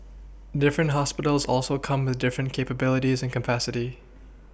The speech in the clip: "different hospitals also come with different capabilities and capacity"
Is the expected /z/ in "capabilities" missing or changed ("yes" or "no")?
no